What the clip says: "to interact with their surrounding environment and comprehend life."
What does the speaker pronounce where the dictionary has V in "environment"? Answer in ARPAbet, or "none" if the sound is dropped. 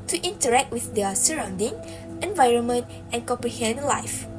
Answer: V